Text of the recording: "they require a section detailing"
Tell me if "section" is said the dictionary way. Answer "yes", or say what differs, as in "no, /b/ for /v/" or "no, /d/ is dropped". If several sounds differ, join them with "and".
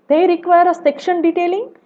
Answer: yes